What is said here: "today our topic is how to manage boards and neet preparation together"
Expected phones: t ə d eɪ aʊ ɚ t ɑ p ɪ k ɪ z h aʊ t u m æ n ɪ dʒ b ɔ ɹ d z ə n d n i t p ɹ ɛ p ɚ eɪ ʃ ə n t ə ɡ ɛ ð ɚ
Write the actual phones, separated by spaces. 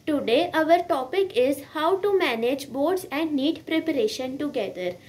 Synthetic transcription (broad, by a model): t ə d eɪ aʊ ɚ t ɑ p ɪ k ɪ z h aʊ t u m æ n ɪ dʒ b ɔ ɹ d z ə n d n i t p ɹ ɛ p ɚ eɪ ʃ ə n t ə ɡ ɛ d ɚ